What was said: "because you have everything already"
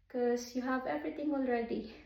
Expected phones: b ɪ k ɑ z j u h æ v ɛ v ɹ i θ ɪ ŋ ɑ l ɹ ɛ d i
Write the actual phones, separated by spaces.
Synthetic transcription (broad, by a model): k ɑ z j u h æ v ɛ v ɹ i t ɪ ŋ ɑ l ɹ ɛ d i